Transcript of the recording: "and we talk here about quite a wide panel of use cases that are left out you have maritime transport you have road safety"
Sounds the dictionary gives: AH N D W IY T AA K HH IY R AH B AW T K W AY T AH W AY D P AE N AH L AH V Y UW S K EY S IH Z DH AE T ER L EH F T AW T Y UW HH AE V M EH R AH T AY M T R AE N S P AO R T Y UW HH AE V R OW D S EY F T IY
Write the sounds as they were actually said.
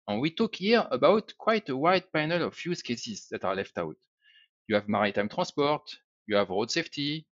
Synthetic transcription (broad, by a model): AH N W IY T AA K HH IY R AH B AW T K W AY T AH W AY D P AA N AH L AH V Y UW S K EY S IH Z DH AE T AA L EH F T AW T Y UW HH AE V M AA R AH T AY M T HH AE S P AO R T Y UW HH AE V R OW D S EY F T IY